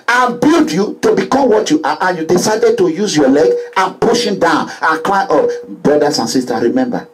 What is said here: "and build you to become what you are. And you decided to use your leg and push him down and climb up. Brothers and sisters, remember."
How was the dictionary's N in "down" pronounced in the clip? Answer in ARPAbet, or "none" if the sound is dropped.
N